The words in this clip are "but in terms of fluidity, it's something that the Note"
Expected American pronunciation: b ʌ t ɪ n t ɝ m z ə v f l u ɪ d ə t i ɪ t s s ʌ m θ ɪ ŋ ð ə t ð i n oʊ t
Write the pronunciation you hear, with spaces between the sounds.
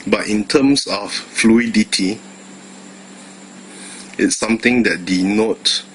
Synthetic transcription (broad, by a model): b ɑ t ɪ n t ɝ m s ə f f l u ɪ d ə t i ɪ t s s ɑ m t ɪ ŋ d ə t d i n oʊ t